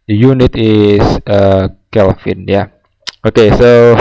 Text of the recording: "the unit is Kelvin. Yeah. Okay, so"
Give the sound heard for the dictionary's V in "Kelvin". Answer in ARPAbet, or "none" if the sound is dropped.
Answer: F